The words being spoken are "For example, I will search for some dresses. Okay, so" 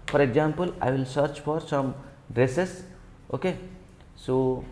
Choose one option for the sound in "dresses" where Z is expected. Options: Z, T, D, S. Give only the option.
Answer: S